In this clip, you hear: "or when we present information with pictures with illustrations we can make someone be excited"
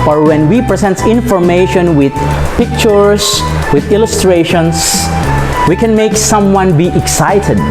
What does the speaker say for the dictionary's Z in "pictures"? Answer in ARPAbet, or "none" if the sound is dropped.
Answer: S